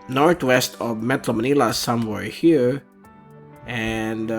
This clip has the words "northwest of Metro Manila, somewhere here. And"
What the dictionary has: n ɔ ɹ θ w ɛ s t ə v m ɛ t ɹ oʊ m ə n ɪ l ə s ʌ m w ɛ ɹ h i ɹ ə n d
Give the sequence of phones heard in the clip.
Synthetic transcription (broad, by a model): n ɔ ɹ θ w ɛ s t ə v m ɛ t l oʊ m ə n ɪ l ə s ʌ m w ɛ ɹ h i ɹ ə n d